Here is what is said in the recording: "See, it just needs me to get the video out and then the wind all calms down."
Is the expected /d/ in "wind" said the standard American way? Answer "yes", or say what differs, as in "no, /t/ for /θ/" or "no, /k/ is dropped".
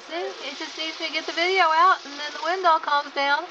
yes